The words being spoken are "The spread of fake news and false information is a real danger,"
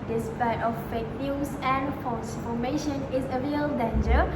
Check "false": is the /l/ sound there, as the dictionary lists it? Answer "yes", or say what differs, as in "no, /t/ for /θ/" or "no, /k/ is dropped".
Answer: no, /n/ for /l/